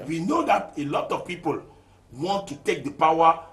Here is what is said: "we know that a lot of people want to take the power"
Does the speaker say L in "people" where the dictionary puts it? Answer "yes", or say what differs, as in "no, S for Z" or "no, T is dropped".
yes